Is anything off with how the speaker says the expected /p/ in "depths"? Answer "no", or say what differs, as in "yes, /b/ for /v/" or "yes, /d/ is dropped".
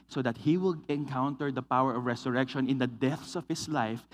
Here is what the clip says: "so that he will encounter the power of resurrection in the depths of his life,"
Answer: yes, /p/ is dropped